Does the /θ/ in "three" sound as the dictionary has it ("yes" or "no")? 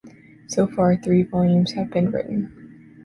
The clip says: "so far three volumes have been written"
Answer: yes